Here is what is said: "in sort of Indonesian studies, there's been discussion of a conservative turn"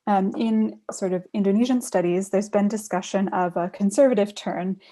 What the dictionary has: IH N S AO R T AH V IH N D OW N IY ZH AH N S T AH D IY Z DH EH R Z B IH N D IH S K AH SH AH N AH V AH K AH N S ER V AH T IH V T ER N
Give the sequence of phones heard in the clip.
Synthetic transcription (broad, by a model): IH N S AO R T AH V IH N D OW N IY ZH AH N S T AH D IY Z DH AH R Z B IH N D IH S K AH SH AH N AH V AH K AH N S ER V AH T IH V T ER N